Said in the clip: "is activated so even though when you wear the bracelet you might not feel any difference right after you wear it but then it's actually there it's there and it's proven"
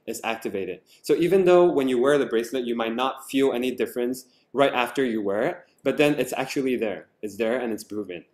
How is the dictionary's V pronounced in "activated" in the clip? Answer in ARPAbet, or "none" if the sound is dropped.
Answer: V